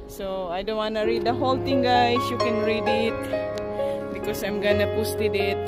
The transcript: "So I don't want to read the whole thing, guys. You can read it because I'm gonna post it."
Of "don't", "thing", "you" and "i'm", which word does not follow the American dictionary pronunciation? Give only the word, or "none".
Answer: thing